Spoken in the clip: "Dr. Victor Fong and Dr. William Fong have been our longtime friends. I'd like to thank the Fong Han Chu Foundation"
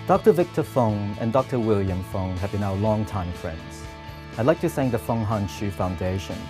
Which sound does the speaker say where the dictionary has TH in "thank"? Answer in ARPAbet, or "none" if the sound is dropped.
S